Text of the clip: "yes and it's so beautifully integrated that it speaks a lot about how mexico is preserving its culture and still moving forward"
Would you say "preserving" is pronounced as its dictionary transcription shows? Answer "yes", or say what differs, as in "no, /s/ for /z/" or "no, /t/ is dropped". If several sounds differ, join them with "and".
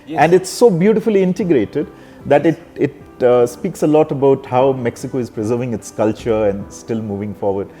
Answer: yes